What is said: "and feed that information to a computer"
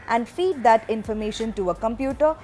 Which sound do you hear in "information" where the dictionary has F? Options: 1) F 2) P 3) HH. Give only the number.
1